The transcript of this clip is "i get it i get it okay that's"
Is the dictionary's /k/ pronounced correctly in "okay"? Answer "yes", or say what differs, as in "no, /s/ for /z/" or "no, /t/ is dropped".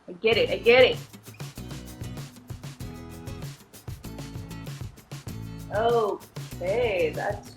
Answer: no, /k/ is dropped